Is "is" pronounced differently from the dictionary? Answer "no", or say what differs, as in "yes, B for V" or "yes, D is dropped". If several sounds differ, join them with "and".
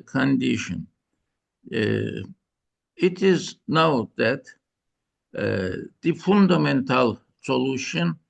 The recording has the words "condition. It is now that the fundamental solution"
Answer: no